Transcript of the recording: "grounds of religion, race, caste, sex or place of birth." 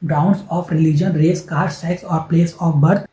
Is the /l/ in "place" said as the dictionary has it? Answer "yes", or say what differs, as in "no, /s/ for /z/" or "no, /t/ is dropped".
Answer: yes